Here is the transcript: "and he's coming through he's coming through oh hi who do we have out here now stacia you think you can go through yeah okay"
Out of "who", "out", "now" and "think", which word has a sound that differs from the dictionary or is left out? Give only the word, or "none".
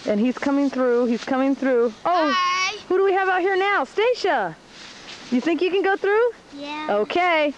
none